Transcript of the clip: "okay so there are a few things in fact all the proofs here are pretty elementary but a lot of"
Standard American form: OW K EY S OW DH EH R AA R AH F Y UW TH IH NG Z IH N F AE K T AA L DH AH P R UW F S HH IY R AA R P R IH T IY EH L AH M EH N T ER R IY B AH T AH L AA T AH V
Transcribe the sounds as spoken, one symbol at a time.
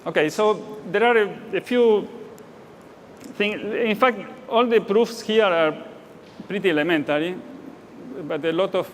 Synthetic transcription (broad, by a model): OW K EY S OW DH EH R AA R AH F Y UW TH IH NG IH N F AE K T AA L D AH P R UW F S HH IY R AA R P R IH T IY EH L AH M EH N T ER R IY B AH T AH L AA T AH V